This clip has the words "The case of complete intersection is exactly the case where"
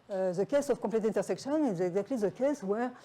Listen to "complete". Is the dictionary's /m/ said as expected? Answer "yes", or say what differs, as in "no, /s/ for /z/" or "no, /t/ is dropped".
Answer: no, /m/ is dropped